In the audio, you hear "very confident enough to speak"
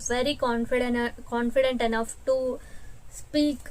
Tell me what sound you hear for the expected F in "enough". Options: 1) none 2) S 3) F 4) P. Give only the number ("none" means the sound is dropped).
3